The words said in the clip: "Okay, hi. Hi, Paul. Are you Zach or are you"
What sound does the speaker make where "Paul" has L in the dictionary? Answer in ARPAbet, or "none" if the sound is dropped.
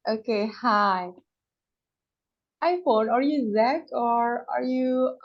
N